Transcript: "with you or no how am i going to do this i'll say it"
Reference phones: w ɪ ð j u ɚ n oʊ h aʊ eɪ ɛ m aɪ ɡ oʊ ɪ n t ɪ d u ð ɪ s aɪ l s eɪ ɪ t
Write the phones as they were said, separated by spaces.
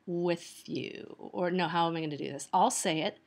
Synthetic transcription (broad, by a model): w ɪ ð j u ɚ n oʊ h aʊ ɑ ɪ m aɪ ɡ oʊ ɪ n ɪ d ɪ ð ɪ s aɪ l s eɪ ɪ t